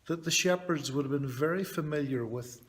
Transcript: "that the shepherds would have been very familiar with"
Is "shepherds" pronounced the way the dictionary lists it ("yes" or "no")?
yes